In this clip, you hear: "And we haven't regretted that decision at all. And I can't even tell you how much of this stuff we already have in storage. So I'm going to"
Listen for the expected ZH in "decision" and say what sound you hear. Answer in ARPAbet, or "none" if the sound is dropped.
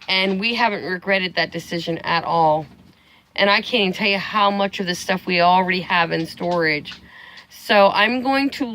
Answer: ZH